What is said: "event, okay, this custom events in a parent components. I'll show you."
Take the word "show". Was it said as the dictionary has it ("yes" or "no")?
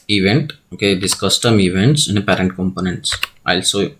no